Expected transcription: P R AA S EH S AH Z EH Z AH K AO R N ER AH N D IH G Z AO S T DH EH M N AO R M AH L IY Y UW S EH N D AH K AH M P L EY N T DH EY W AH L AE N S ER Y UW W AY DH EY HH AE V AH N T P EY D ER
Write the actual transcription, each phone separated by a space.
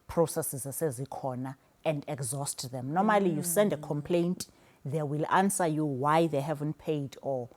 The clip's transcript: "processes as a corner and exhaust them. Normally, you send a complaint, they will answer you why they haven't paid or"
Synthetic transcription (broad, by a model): P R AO S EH S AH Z EH Z AH K AO N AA AH N D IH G Z AO S T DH EH M N AO M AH L IY Y UW S EH N D AH K AH M P L EY N T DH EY W AH L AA N S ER Y UW W AY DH EY HH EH V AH N T P EY D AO